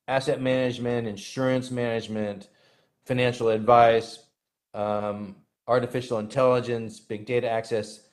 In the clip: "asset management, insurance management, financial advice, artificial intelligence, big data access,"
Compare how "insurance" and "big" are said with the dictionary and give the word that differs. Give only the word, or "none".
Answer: none